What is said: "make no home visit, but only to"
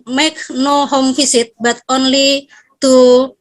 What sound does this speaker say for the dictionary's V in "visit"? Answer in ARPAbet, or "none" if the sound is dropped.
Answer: F